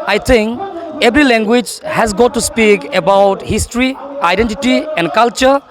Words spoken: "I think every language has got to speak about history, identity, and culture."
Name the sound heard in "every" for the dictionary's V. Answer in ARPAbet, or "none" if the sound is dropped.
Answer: B